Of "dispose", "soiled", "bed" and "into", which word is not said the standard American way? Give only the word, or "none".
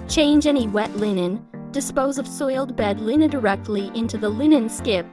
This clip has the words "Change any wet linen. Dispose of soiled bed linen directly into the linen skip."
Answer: none